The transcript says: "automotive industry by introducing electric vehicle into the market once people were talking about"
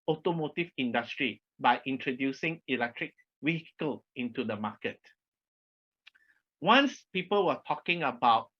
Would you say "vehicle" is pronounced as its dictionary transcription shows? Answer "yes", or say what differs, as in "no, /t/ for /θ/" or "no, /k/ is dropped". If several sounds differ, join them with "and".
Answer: no, /w/ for /v/